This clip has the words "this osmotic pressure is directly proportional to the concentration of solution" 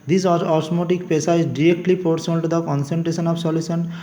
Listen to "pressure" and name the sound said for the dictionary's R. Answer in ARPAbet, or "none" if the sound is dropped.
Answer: none